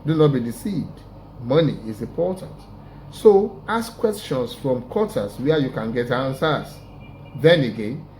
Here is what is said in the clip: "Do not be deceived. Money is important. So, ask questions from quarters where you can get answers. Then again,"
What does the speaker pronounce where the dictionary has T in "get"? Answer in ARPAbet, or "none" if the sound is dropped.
T